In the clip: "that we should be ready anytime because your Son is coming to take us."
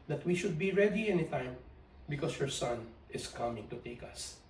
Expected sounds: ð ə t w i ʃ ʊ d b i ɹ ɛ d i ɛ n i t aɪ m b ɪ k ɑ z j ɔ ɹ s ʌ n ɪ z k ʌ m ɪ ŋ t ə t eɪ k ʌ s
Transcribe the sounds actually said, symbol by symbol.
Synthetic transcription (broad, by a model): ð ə t w i ʃ ʊ d b i ɹ ɛ d i ɛ n i t aɪ m b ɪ k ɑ s j ɔ ɹ s ʌ n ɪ s k ʌ m ɪ ŋ t ə t eɪ k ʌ s